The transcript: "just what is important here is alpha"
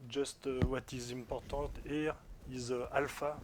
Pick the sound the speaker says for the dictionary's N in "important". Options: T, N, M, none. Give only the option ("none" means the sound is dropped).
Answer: none